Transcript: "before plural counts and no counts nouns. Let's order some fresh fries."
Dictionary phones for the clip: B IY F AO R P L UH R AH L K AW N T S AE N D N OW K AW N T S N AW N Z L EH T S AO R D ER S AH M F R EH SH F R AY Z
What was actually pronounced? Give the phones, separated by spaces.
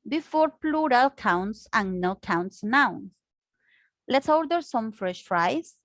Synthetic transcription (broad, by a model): B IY F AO R P L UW R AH L K AW N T S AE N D N OW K AW N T S N AW N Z L EH T S AO R D ER S AH M F R EH SH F R AY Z